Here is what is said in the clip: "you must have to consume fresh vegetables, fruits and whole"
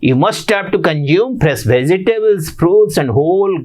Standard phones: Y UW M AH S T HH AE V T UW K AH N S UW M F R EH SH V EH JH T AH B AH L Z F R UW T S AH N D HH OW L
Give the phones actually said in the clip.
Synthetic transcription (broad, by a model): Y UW M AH S T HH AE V T UW K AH N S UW M P R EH S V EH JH T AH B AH L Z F R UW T S AH N D HH OW L